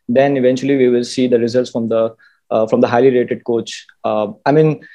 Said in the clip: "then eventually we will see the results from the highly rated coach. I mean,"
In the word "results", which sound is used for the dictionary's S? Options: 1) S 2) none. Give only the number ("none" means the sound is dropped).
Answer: 1